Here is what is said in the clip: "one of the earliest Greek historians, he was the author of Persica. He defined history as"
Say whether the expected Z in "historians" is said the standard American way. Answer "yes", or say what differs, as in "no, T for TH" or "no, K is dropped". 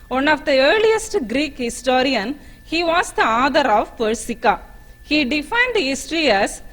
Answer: no, Z is dropped